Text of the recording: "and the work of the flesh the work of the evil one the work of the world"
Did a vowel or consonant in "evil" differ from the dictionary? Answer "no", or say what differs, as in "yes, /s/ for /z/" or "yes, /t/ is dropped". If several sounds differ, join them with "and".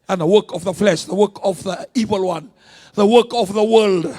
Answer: no